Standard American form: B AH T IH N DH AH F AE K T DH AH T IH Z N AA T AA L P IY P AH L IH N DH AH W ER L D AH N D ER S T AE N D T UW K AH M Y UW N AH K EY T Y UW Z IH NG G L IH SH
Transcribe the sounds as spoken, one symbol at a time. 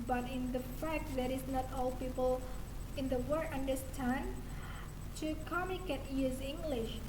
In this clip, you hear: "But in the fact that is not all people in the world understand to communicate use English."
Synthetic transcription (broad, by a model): B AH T IH N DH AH F AE K T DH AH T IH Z N AA T AA L P IY P AH L IH N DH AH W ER D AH N D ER S T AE N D T UW K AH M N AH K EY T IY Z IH NG G L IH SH